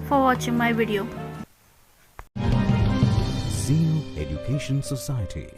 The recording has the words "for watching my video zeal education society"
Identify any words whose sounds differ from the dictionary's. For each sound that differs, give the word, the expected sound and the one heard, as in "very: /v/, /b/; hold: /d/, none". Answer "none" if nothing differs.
zeal: /z/, /s/; zeal: /l/, /n/